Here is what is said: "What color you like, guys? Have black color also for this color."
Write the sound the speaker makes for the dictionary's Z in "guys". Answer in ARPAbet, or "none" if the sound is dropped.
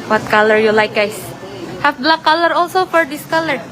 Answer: S